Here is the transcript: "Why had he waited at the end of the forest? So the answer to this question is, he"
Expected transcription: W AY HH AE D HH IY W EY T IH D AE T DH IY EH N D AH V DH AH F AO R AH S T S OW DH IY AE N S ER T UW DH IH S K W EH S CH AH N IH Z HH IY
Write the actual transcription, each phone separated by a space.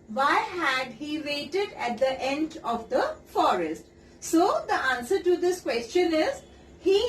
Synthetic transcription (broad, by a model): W AY HH AE D HH IY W EY T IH D AE T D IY EH N D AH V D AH F AO R AH S T S OW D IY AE N S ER T UW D IH S K W EH S CH AH N IH Z HH IY